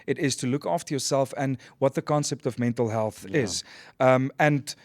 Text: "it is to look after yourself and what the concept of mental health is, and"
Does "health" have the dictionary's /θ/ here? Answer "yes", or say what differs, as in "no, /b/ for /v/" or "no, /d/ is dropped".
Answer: yes